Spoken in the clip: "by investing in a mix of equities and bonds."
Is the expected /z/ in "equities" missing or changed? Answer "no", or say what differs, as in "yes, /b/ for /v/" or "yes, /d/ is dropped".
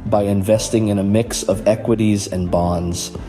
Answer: no